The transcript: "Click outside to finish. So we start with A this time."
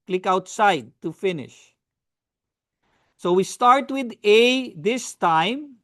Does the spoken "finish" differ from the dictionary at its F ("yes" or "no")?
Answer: no